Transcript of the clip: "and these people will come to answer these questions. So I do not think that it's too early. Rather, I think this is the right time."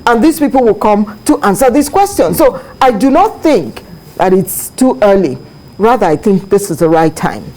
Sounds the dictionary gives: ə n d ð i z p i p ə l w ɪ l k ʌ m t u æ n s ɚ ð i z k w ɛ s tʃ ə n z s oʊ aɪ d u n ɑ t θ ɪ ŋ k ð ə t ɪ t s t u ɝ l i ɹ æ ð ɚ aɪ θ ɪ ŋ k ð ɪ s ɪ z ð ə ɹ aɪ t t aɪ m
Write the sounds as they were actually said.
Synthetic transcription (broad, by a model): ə n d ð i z p i p ə l w ɪ l k ʌ m t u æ n s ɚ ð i s k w ɛ s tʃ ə n s oʊ aɪ d u n ɑ t θ ɪ ŋ k ð ə t ɪ t s t u ɝ l i ɹ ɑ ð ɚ aɪ θ ɪ ŋ k ð ɪ s ɪ z ð ə ɹ aɪ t t aɪ m